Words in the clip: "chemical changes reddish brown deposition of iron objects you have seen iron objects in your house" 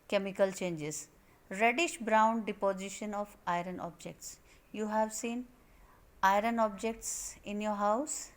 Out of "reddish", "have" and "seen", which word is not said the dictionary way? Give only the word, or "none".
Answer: none